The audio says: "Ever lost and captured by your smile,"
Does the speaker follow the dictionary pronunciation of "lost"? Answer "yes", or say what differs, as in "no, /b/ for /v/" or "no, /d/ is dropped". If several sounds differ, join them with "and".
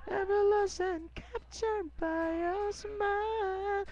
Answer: no, /t/ is dropped